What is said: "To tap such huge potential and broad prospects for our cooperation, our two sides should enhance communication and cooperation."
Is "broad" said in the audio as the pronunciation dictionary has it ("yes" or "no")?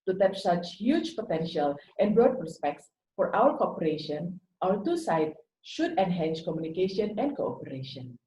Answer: no